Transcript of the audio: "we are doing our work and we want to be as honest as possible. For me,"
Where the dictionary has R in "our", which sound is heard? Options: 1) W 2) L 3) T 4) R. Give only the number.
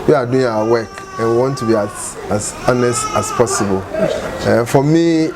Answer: 1